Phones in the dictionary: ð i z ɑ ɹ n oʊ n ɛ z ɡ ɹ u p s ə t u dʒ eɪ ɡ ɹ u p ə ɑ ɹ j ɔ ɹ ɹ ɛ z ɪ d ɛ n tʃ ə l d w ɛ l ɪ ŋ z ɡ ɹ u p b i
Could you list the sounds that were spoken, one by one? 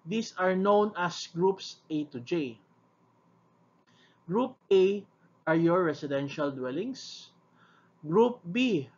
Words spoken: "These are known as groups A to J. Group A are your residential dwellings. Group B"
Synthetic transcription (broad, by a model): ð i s ɑ ɹ n oʊ n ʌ s ɡ ɹ u p s ə t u dʒ eɪ ɡ ɹ u p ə ɑ ɹ j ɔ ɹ ɹ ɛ s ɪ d ɛ n ʃ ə l d w ɛ l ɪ ŋ s ɡ ɹ u p b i